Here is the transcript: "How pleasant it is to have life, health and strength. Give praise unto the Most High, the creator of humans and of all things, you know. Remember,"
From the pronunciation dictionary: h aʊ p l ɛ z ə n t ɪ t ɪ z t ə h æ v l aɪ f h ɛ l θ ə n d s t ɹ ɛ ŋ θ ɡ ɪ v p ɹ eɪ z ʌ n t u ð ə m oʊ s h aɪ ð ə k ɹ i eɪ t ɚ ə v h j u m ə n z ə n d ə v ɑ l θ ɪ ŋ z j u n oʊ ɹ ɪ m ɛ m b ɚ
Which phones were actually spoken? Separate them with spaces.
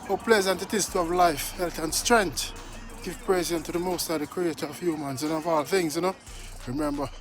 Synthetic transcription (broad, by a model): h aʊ p l ɛ z ə n t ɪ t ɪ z t ə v l aɪ f h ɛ l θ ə n s t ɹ ɛ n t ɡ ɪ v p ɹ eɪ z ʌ n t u ð ə m oʊ s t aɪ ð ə k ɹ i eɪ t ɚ ə v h j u m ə n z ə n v ɑ l θ ɪ ŋ z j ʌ n oʊ ɹ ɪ m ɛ m b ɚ